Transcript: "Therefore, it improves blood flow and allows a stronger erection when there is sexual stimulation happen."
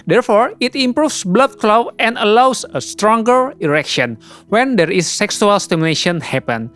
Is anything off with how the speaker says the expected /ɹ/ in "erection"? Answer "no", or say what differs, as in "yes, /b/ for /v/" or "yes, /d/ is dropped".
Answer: no